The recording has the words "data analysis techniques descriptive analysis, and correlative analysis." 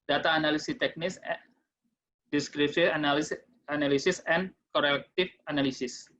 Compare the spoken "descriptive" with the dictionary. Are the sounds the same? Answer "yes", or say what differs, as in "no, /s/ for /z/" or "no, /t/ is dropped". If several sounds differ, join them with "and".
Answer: no, /s/ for /t/